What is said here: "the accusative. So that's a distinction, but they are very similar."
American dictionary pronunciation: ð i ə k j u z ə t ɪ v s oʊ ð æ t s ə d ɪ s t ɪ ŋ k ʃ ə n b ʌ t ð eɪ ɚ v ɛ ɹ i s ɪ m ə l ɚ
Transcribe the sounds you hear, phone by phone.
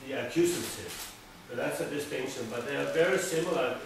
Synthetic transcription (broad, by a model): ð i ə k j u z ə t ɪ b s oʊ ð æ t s ə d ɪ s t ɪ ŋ ʃ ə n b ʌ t ð eɪ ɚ v ɛ ɹ i s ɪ m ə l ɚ